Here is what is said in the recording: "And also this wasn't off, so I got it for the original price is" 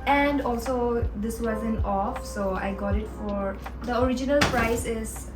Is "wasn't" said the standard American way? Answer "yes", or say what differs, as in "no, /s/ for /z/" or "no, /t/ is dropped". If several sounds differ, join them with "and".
no, /t/ is dropped